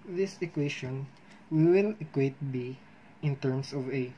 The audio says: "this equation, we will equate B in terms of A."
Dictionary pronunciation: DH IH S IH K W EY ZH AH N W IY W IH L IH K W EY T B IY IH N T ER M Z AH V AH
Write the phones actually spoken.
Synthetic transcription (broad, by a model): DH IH S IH K W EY SH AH N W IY W IH L IH K W EY T B IY IH N T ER M S AH V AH